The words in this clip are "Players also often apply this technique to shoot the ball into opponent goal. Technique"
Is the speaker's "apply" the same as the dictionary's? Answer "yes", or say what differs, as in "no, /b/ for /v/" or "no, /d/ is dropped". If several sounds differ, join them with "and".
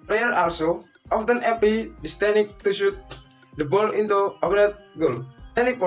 no, /l/ is dropped